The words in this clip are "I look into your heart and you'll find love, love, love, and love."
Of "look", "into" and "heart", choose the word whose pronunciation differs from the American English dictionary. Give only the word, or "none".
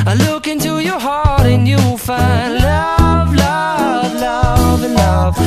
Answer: none